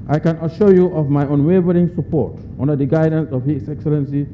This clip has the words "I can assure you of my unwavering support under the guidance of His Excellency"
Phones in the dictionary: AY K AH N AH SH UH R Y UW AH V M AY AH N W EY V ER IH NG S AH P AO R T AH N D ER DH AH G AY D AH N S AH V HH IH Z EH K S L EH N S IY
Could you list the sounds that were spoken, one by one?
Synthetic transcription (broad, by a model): AY K AH N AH SH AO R Y UW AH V M AY AH N W EY V ER IH NG S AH P AO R T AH N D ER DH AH G AY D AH N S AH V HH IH S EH K S L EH N S IY